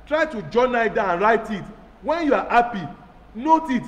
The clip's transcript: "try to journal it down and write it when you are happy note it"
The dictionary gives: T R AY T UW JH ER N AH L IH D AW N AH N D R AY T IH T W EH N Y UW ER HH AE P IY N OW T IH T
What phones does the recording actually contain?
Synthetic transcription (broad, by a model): T R AY T UW JH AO N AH IH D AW AH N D R AY T IH T W EH N Y UW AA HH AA P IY N OW T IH T